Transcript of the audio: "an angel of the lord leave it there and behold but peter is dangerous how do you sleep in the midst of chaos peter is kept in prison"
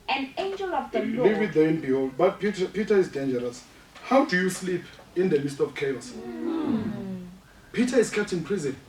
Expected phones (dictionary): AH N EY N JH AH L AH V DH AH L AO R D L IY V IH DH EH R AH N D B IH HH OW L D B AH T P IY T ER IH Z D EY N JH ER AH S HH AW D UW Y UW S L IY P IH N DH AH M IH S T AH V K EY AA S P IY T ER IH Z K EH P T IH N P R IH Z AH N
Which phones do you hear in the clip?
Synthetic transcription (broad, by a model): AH N EY N JH AH L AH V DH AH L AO L IY V IH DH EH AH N B IH HH OW L D B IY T P IY T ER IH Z D EY N JH ER AH S HH AW D UW Y UW S L IY P IH N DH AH M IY S T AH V K EY AA S P IY T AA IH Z K EH P T IH N P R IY Z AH N